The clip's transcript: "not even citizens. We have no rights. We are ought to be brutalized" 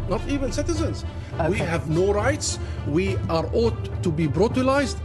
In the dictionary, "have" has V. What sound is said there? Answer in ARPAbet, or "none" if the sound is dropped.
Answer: V